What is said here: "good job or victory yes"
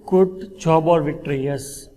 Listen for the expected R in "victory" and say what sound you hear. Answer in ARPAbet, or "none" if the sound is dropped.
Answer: R